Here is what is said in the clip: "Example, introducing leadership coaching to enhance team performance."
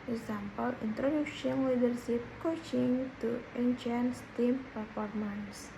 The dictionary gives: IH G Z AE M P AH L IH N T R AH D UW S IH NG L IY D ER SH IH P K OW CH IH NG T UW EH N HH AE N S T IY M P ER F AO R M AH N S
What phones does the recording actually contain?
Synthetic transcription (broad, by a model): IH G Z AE M P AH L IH N T R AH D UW SH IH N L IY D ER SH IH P K OW CH IH NG T UW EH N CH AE N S T IY M P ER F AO R M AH N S